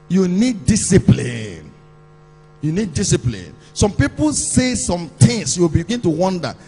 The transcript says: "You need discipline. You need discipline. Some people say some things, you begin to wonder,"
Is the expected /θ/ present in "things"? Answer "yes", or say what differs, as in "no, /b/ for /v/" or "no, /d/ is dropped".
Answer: no, /t/ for /θ/